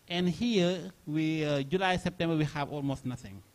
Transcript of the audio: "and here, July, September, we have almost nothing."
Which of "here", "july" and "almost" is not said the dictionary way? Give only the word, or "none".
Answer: here